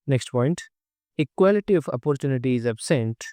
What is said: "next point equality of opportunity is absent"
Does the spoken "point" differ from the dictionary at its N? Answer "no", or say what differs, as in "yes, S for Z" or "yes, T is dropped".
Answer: no